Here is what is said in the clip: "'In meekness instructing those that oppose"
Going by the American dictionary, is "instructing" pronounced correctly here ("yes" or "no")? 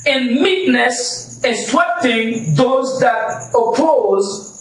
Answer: no